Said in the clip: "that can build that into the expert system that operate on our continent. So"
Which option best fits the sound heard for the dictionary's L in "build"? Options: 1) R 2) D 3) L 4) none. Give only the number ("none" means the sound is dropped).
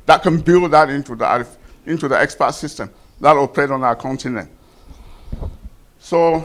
3